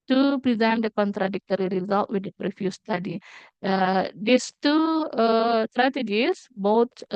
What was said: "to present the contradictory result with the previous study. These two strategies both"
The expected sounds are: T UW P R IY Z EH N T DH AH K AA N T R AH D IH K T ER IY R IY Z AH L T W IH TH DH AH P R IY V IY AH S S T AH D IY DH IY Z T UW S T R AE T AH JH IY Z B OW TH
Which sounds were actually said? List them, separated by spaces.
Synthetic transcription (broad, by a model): T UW P R IY Z EH N T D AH K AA N T R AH D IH K T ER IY R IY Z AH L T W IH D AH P R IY F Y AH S S T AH D IY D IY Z T UW S T R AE T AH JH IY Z B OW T